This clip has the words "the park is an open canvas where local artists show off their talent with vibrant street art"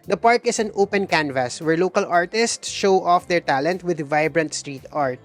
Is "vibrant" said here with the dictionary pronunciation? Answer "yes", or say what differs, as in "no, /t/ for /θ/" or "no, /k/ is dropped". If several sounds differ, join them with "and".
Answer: yes